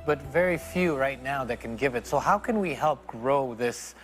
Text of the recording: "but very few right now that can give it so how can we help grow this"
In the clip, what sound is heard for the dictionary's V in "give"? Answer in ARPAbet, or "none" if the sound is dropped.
V